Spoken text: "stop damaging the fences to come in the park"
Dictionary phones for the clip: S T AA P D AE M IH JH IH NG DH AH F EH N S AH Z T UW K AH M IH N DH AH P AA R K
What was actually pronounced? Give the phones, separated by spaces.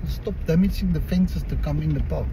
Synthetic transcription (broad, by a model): S T AA P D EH M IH CH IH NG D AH F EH N S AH S T UW K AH M IH N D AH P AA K